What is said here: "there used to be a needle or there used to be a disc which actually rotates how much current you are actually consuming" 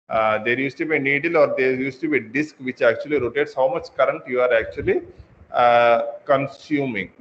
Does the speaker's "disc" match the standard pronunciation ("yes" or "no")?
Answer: yes